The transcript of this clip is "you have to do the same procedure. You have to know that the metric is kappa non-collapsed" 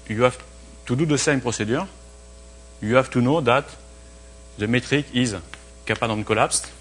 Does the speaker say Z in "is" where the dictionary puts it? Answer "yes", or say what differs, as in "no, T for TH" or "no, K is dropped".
yes